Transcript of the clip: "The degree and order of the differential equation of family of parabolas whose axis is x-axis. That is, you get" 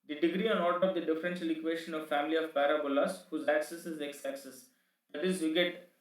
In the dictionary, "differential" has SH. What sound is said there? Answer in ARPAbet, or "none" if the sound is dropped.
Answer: S